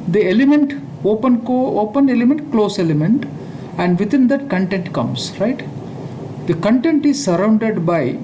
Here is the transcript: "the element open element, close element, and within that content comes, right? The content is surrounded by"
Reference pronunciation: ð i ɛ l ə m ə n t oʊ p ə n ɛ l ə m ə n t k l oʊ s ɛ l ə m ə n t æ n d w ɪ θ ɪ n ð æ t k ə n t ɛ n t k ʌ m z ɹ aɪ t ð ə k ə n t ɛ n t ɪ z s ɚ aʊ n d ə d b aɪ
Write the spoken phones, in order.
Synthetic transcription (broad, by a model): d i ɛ l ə m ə n t oʊ p ə n ɛ l ə m ə n t k l oʊ s ɛ l ə m ə n t æ n d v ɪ t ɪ n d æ t k ə n t ɛ n t k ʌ m s ɹ aɪ t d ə k ə n t ɛ n t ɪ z s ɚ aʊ n d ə d b aɪ